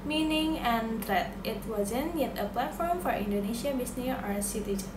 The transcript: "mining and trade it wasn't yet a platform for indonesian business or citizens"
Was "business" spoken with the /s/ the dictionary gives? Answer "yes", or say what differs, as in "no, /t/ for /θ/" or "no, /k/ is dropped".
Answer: no, /s/ is dropped